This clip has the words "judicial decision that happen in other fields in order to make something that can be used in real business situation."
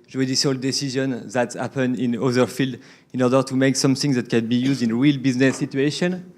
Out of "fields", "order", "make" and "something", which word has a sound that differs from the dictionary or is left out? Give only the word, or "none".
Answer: fields